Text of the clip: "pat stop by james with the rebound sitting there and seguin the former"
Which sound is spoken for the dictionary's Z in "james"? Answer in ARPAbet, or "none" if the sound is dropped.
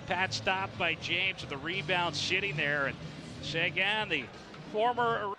Z